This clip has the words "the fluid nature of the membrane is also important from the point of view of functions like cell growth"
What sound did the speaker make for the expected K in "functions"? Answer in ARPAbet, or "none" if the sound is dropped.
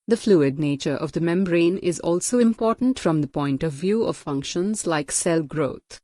K